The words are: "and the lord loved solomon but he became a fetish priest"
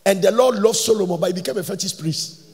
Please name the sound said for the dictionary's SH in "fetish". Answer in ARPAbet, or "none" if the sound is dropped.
S